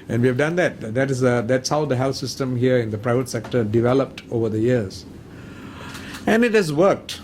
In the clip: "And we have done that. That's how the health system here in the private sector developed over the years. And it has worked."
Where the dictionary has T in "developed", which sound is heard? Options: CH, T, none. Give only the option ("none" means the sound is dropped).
T